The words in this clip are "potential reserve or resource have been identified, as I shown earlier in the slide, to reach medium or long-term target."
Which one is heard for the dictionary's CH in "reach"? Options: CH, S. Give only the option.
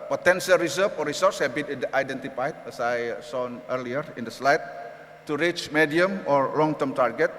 CH